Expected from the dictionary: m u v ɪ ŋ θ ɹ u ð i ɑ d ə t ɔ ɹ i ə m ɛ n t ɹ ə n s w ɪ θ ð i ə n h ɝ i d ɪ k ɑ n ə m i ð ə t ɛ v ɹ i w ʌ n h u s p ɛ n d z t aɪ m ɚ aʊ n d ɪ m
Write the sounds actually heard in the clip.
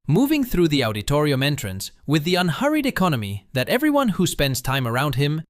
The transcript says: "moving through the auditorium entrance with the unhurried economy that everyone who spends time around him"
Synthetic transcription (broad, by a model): m u v ɪ ŋ θ ɹ u ð i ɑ d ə t ɔ ɹ i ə m ɛ n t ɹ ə n s w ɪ ð i ə n h ɝ i d ɪ k ɑ n ə m i ð ə t ɛ v ɹ i w ʌ n h u s p ɛ n d z t aɪ m ɚ aʊ n d ɪ m